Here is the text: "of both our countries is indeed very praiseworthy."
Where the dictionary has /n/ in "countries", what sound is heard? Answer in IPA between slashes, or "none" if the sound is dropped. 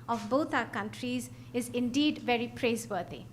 /n/